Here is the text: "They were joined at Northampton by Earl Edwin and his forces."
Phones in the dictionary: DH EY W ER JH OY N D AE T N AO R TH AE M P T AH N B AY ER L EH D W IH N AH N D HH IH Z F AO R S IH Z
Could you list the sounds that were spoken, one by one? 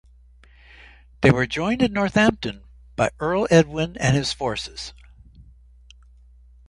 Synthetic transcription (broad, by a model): DH EY W ER JH OY N D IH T N AO R TH AE M P T AH N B AY ER L EH D W IH N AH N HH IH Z F AO R S IH Z